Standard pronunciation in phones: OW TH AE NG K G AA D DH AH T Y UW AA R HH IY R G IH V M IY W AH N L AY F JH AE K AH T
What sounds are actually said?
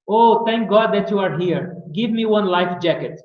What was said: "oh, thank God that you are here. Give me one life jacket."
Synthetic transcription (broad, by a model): OW T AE NG K G AA D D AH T Y UW AA R HH IY R G IH V M IY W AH N L AY F JH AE K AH T